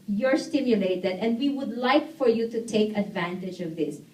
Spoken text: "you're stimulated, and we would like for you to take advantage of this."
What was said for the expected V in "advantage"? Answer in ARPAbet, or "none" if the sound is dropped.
V